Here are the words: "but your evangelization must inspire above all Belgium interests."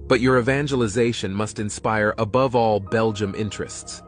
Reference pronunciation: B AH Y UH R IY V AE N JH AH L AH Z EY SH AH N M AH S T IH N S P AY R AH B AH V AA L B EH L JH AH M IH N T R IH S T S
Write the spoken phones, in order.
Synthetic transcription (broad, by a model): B AH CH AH R IY V AE N JH AH L AH Z EY SH AH N M AH S T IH N S P AY R AH B AH V AA L B EH L JH AH M IH N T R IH S T S